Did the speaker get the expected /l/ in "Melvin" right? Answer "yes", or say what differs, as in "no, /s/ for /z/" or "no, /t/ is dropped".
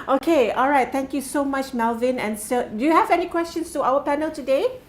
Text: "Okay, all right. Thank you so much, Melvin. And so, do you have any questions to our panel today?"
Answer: yes